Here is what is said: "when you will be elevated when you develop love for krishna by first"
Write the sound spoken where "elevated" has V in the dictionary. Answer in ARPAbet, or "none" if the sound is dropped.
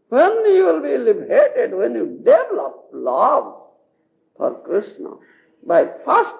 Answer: B